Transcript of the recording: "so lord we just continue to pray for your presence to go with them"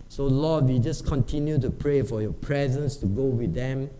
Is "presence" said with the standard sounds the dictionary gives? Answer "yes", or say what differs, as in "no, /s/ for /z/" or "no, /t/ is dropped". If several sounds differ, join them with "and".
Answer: yes